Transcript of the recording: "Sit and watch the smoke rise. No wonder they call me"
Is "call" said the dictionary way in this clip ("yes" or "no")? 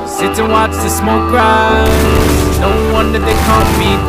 no